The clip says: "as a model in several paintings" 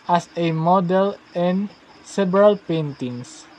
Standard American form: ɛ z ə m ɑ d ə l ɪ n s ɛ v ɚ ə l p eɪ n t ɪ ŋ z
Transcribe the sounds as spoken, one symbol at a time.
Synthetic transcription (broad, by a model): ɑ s ə m ɑ d ə l ɪ n s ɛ b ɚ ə l p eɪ n t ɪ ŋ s